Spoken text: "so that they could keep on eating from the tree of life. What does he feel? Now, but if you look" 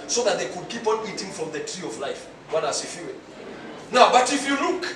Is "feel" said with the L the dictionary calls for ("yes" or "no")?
no